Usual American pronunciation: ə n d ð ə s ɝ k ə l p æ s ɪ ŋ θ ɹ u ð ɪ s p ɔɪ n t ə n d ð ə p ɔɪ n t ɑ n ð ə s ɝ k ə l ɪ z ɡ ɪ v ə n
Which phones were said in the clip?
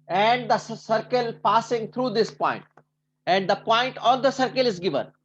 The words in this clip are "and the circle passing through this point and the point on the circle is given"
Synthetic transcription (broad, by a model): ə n d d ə s ɝ k ə l p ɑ s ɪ ŋ t ɹ u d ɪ s p ɔɪ n t ə n d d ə p ɔɪ n t ɑ n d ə s ɝ k ə l ɪ z ɡ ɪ v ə n